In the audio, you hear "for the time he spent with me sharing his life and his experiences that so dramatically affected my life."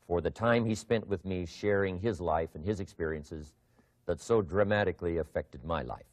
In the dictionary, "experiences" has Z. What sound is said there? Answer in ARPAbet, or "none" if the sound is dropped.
Z